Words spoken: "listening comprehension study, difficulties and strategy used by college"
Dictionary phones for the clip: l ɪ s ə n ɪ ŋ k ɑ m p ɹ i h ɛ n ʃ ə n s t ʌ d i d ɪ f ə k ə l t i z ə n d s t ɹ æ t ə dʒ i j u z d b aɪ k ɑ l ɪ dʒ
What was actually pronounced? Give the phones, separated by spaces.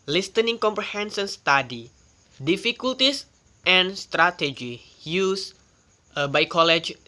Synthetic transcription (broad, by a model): l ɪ s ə n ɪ ŋ k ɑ m p ɹ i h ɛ n s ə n s t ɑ d i d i f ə k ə l t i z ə n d s t ɹ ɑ t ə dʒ i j u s b aɪ k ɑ l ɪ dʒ